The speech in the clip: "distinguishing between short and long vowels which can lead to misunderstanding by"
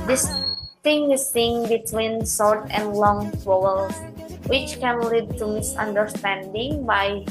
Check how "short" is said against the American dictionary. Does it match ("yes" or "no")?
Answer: no